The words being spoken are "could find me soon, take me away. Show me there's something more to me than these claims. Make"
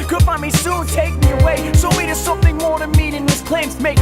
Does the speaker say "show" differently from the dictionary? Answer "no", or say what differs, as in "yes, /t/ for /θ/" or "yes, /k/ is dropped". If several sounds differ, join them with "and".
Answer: yes, /s/ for /ʃ/